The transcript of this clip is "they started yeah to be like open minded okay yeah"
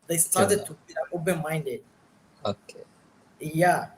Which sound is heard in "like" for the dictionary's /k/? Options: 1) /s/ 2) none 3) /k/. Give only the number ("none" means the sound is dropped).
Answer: 2